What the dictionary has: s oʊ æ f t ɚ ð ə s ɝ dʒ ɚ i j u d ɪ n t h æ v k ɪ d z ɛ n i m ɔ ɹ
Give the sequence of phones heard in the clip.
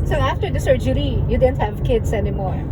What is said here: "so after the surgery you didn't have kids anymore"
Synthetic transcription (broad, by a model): s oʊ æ f t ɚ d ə s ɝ dʒ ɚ i j u d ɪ n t h æ v k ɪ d s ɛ n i m ɔ ɹ